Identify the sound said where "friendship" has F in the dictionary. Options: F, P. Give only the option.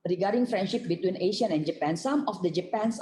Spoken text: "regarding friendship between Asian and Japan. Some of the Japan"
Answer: F